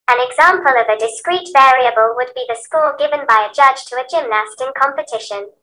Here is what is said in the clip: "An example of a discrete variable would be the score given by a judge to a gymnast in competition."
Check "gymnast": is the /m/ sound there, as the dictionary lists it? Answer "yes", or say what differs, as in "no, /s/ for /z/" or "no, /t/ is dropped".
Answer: yes